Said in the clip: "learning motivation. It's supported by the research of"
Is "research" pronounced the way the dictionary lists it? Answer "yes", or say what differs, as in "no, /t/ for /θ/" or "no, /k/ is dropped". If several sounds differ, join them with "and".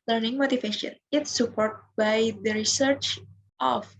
yes